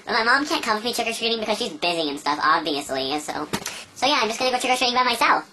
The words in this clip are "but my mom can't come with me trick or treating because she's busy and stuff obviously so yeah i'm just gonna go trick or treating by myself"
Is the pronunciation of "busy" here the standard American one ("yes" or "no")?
yes